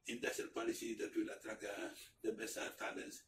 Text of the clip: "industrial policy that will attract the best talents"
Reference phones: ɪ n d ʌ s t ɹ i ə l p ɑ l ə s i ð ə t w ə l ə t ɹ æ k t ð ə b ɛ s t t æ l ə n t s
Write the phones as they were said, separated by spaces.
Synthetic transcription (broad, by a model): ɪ n d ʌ s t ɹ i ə l p ɑ l ə s i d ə t w ə l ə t ɹ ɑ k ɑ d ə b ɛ s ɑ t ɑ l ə n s